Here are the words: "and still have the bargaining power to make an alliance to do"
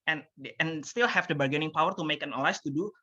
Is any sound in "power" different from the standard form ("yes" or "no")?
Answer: no